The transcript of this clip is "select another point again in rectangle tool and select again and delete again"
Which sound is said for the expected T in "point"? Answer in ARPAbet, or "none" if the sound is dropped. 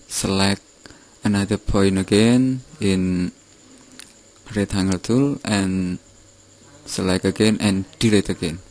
none